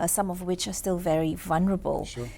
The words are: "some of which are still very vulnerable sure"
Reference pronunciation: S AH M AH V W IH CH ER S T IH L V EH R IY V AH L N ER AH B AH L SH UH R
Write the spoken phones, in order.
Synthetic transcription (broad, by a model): S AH M AH V W IH CH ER S T IH L V EH R IY V AH L N ER AH B AH L